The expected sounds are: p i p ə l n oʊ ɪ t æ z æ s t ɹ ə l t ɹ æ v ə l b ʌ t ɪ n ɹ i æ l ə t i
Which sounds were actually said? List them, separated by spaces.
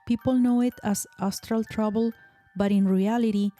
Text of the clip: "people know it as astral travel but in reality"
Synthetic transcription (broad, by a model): p i p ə l n oʊ ɪ t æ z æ s t ɹ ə l t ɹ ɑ b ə l b ʌ t ɪ n ɹ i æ l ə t i